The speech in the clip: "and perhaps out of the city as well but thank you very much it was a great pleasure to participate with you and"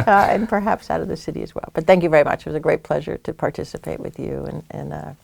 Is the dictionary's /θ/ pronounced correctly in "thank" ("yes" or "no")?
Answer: yes